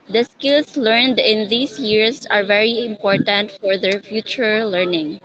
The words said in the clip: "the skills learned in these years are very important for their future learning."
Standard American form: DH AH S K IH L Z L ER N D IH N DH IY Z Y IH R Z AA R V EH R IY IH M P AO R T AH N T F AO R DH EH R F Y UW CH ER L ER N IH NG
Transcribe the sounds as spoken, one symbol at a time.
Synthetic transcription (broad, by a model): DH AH S K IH L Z L ER N D IH N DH IY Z Y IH R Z AA R V EH R IY IH M P AO R T AH N T F AO R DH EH R F Y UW CH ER L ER N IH NG